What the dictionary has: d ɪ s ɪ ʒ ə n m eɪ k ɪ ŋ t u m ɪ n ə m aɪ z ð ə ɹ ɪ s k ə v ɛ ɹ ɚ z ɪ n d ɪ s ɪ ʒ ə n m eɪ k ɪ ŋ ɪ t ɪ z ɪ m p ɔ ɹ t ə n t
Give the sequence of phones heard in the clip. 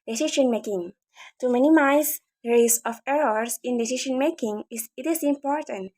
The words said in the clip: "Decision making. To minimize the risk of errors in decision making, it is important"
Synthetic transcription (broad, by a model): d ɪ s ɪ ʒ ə n m eɪ k ɪ ŋ t u m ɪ n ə m aɪ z ɹ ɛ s ə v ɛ ɹ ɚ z ɪ n d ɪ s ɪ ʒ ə n m eɪ k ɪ ŋ ɪ t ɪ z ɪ m p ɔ ɹ t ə n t